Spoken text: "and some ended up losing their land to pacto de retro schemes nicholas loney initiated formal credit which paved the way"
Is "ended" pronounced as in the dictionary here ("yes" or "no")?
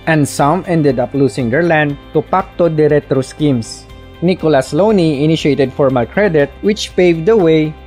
yes